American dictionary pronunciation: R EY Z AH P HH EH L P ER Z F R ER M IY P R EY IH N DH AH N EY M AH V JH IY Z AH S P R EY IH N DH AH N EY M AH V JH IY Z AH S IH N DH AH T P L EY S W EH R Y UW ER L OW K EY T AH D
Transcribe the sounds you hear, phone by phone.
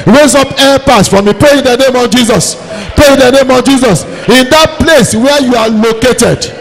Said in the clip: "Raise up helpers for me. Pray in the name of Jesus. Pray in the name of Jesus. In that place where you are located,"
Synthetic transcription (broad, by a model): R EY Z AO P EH P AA S F R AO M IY P R EY IH N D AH N EY M AH V JH IY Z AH S P R EY IH N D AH N EY M AH V JH IY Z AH S IH N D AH T P L EY S W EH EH Y UW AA L OW K EY T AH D